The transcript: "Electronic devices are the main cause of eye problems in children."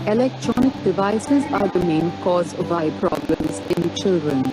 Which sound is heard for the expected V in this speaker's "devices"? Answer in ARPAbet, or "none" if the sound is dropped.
V